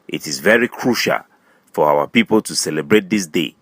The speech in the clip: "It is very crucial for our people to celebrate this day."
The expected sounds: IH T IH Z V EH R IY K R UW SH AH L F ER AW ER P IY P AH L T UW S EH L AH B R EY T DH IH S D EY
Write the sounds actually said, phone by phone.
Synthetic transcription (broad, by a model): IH T IH Z V EH R IY K R UW SH AH L F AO AW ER P IY P AH L T UW S EH L AH B R EY T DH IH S D EY